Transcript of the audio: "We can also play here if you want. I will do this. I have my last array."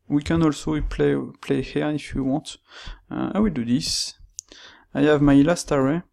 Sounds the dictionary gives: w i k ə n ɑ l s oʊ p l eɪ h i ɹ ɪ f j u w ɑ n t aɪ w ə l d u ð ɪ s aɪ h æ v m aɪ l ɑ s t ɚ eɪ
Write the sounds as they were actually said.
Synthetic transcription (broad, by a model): w i k ə n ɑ l s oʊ p l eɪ h i ɹ ɪ f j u w ɑ t aɪ w ə l d u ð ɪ s aɪ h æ v m aɪ l ɑ s t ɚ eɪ